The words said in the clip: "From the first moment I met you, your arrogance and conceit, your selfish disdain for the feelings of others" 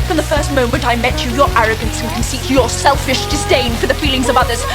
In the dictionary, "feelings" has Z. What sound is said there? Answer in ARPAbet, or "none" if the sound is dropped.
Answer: Z